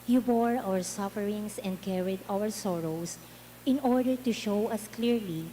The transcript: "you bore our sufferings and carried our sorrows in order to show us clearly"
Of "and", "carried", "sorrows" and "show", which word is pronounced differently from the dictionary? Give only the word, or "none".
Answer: sorrows